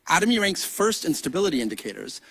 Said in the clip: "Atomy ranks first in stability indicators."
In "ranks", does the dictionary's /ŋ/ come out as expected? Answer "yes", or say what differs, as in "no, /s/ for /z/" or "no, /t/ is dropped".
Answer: yes